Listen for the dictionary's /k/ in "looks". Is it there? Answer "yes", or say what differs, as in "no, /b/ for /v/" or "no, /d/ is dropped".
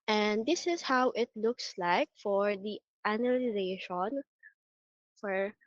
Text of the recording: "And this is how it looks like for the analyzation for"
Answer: yes